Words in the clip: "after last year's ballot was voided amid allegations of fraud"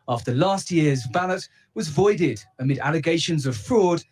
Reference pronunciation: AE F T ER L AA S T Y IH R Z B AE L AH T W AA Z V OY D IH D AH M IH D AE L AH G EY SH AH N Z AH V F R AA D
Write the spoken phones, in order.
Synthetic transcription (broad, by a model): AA F T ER L AA S T Y IH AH Z B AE L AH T W AA Z V OY D IH D AH M IH D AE L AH G EY SH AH N Z AH V F R AA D